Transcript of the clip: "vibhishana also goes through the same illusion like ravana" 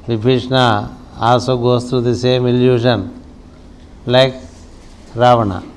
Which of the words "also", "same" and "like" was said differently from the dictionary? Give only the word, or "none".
also